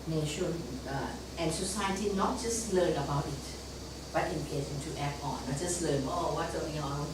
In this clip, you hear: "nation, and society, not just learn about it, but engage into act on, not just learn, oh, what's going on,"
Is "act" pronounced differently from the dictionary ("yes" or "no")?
yes